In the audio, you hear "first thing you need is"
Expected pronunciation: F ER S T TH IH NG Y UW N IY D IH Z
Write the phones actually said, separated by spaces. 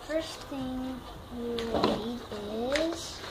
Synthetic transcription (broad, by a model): F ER S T TH IH NG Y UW L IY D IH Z